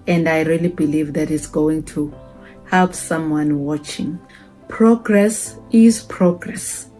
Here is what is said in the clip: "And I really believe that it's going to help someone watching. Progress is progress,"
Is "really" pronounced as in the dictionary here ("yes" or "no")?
yes